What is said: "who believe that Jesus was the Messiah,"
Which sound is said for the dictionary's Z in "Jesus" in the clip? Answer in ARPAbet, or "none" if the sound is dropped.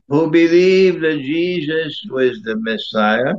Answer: Z